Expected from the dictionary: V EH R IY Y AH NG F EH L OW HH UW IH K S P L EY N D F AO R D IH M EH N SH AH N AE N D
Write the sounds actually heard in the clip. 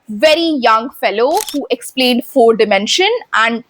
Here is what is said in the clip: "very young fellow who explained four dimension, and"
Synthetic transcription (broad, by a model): V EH R IY Y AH NG F EH L OW HH UW IH K S P L EY N D F AO R D IH M EH N SH AH N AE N D